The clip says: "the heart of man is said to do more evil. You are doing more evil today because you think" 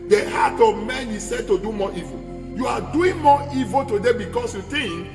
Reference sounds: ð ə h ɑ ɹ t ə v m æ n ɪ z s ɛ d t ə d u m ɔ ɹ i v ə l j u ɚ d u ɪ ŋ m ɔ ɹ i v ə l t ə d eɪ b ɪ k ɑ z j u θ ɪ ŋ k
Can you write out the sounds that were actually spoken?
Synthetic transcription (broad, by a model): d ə h ɑ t ə v m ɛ n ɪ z s ɛ d t ə d u m ɔ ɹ i v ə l j u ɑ d u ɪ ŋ m ɔ i v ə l t ə d eɪ b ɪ k ɑ s j u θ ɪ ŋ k